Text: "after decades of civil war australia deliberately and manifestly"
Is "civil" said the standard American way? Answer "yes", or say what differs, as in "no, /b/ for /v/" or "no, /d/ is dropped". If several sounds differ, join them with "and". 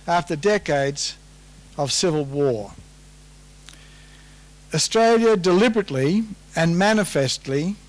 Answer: yes